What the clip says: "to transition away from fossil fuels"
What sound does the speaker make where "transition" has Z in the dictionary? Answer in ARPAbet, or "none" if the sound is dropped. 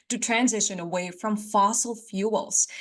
Z